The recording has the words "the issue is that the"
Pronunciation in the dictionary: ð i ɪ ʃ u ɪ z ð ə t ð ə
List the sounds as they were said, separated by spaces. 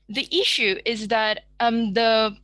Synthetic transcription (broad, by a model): ð i ɪ ʃ u ɪ z ð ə t ð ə